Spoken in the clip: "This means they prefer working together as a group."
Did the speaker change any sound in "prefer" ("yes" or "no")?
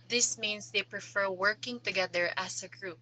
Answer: no